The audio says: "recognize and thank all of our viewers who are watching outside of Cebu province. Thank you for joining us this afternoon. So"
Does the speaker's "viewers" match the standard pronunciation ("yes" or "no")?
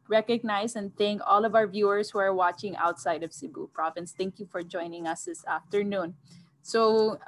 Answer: no